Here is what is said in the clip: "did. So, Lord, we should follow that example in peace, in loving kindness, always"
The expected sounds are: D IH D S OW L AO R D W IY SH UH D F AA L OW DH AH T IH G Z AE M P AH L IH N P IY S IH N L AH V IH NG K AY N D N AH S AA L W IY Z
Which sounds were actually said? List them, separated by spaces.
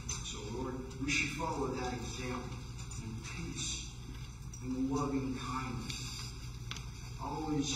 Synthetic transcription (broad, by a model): S OW L AO R D W IY SH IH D F AA L OW DH AH T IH G Z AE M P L IH N P IY S IH N L AH V IH NG K AY N D N AH S AA L W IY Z